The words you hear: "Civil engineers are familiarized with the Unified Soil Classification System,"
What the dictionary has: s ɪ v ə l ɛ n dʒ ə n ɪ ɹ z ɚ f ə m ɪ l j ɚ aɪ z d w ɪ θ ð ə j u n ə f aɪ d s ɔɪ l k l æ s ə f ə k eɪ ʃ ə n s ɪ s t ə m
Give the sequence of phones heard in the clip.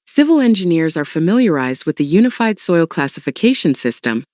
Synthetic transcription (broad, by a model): s ɪ v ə l ɛ n dʒ ə n ɪ ɹ z ɚ f ə m ɪ l j ɚ aɪ z d w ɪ ð ə j u n ə f aɪ d s ɔɪ l k l æ s ə f ə k eɪ ʃ ə n s ɪ s t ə m